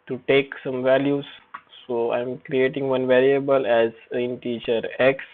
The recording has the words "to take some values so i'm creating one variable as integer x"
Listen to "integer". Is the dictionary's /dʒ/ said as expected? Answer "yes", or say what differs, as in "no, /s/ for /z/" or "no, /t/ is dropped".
no, /tʃ/ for /dʒ/